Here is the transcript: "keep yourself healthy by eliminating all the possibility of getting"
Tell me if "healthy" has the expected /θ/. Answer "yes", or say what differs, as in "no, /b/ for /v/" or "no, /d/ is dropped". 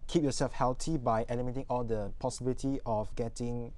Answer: no, /t/ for /θ/